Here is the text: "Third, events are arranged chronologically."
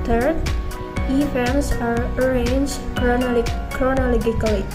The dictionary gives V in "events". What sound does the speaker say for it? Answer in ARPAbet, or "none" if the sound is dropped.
F